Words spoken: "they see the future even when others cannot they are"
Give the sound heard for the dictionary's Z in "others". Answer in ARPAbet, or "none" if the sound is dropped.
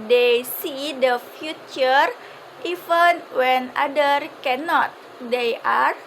none